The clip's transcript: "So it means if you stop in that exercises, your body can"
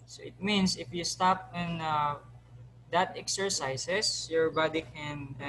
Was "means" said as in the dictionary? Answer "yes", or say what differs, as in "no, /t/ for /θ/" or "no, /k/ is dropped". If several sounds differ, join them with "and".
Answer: no, /s/ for /z/